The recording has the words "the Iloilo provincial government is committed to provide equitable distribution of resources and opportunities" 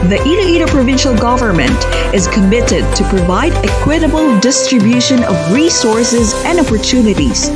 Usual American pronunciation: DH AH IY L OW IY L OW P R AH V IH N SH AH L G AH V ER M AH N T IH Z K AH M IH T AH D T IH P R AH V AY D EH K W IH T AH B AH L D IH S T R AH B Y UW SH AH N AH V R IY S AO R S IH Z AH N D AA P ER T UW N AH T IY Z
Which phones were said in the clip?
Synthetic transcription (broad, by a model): DH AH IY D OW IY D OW P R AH V IH N SH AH L G AH V ER M AH N T IH Z K AH M IH T AH D T IH P R AH V AY D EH K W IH T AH B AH L D IH S T R AH B Y UW SH AH N AH V R IY S AO R S IH Z AH N D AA P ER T UW N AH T IY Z